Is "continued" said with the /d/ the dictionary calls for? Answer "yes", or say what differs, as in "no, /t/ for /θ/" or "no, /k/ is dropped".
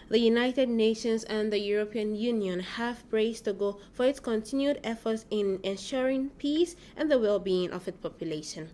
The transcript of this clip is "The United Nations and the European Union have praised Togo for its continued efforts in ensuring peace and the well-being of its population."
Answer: yes